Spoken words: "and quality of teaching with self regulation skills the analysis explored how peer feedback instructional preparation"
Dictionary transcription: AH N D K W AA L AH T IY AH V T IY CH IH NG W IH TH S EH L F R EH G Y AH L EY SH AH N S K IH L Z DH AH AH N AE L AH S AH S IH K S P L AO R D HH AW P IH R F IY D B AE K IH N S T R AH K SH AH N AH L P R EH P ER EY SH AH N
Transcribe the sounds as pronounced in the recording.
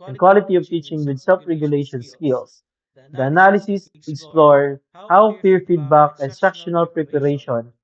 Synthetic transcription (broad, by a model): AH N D K W AA L AH T IY AH V T IY CH IH NG W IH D S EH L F R EH G Y AH L EY SH AH N S K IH L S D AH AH N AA L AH S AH S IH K S P L AO R HH AW F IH R F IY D B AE K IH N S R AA K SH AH N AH L P R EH P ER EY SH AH N